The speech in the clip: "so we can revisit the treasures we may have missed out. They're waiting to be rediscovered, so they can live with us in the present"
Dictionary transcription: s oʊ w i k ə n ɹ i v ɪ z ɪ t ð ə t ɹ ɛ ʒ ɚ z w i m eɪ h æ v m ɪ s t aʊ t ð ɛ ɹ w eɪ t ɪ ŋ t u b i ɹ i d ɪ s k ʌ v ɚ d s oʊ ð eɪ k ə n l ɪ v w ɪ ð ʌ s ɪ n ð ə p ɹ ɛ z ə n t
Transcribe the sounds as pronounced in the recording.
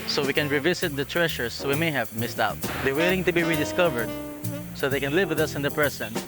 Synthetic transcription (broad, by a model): s oʊ w i k ə n ɹ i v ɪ s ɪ t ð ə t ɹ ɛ ʃ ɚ s w i m eɪ h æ v m ɪ s t aʊ t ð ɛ ɹ w eɪ t ɪ ŋ t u b i ɹ i d ɪ s k ʌ v ɚ d s oʊ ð eɪ k ə n l ɪ v w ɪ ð ʌ s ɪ n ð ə p ɹ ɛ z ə n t